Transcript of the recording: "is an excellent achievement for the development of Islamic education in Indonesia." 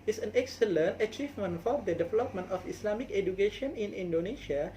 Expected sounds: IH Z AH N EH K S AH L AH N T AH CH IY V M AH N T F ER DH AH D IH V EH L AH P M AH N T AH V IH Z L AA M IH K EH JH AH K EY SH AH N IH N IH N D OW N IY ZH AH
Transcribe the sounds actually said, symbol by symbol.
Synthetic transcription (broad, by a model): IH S AH N EH K S AH L AH N T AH CH IY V M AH N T F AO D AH D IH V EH L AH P M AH N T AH F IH S L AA M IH K EH JH AH K EY SH AH N IH N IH N D OW N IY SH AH